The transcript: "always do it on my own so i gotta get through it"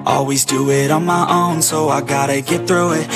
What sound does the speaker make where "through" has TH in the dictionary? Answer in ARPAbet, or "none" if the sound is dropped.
TH